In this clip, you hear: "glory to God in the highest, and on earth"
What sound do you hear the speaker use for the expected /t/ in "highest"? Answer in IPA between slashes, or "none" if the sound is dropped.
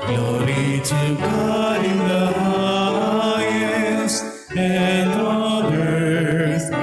none